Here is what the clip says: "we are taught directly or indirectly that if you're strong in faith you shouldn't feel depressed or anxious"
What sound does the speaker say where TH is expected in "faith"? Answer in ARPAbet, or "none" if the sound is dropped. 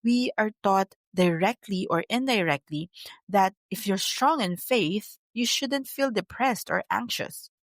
TH